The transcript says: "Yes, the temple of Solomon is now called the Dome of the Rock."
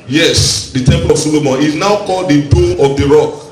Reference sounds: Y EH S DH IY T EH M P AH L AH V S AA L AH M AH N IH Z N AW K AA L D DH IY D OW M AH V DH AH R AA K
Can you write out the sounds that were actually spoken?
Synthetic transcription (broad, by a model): Y EH S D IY T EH M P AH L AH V S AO L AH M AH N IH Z N AW K AA L D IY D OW AH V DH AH R AA K